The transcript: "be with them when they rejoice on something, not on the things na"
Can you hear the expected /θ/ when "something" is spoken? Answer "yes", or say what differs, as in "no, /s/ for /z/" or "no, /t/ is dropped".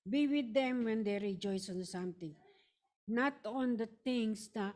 no, /t/ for /θ/